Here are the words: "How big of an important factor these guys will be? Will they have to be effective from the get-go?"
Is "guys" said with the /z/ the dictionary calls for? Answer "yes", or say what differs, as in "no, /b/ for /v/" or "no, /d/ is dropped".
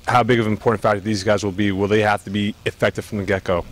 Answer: yes